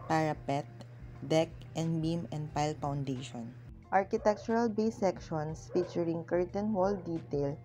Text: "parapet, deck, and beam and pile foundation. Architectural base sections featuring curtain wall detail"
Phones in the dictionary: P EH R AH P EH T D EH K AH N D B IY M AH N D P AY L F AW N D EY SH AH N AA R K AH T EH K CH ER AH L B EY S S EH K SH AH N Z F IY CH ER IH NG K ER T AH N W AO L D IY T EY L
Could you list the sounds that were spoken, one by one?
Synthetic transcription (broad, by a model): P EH R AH P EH T D EH K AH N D B IY M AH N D P AY L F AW N D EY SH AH N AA R K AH T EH K CH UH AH L B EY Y S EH K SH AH N S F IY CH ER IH NG K ER T AH N W AO L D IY T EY L